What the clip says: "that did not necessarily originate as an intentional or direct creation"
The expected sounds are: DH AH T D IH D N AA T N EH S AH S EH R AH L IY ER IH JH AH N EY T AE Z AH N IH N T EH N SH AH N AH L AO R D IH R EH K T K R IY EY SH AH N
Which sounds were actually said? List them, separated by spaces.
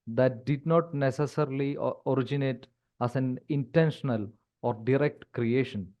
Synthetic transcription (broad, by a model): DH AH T D IH D N AA T N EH S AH S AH R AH L IY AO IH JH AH N EY T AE S AH N IH N T EH N SH AH N AH L AO R D IH R EH K T K R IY EY SH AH N